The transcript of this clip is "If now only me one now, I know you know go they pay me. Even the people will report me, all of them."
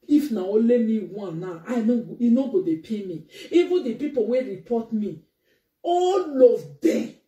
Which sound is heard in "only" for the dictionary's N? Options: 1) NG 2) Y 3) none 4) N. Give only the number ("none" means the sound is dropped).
3